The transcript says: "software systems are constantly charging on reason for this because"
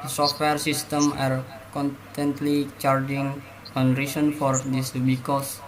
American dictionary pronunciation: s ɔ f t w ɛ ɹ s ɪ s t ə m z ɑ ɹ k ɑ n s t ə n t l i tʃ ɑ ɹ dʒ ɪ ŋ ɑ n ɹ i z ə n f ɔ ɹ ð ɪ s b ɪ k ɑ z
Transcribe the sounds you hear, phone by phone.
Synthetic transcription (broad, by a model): s ɔ f t w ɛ ɹ s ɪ s t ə m ɑ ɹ k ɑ n t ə n t l i tʃ ɑ ɹ dʒ ɪ ŋ ɑ n ɹ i s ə n f ɔ ɹ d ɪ s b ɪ k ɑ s